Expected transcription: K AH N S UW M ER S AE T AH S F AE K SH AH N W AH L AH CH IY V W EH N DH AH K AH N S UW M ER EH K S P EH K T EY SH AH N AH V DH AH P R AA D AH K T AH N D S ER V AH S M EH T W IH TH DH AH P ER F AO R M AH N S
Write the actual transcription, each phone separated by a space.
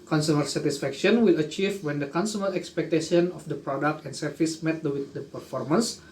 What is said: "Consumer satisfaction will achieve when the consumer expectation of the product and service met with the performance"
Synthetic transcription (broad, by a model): K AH N S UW M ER S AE T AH S F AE K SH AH N W AH L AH CH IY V W EH N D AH K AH N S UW M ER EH K S P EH K T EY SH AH N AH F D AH P R AA D AH K T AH N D S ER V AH S M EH T W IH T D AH P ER F AO R M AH N S